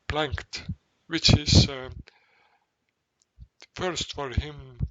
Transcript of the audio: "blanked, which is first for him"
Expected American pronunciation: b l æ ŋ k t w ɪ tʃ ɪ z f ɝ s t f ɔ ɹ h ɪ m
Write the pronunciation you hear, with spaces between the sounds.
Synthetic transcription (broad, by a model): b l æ ŋ k t w ɪ tʃ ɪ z f ɝ s t f ɔ ɹ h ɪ m